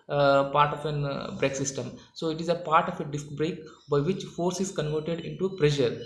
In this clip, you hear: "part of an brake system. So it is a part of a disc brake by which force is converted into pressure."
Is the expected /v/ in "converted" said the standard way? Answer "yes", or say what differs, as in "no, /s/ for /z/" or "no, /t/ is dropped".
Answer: yes